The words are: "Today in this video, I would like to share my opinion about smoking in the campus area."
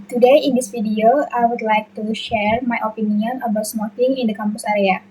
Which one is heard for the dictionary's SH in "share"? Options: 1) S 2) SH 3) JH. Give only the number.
2